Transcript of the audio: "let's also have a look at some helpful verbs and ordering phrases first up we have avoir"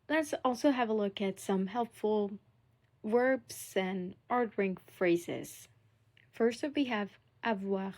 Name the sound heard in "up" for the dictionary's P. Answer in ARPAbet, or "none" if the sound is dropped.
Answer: F